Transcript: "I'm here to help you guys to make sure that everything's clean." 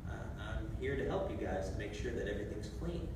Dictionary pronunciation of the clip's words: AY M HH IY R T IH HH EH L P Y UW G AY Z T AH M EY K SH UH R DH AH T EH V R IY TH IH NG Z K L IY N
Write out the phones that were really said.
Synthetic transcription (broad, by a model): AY M HH IY R T IH HH EH L P Y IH G AY Z T AH M EY K SH UH R DH AH T EH V R IY TH IH NG Z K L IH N